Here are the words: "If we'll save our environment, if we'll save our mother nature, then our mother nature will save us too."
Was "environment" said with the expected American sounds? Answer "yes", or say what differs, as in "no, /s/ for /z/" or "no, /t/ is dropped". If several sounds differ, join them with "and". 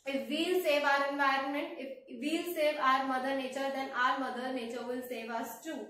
yes